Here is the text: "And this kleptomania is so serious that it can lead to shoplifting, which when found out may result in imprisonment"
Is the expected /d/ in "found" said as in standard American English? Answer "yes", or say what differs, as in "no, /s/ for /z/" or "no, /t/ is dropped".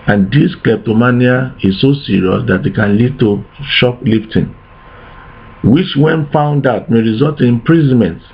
yes